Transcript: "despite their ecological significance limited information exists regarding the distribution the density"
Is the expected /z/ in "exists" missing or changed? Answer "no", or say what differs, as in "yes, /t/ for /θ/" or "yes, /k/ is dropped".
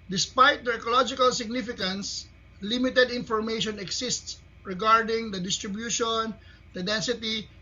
yes, /s/ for /z/